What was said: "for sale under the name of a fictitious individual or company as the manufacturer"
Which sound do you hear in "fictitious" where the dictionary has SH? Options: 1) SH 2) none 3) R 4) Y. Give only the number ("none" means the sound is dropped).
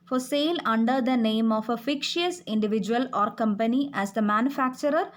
2